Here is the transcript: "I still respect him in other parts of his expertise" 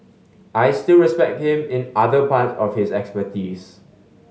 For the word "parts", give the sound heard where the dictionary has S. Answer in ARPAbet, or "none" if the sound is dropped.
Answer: none